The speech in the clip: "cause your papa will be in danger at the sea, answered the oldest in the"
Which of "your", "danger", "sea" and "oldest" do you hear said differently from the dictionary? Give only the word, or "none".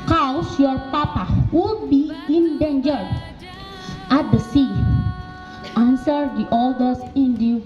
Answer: oldest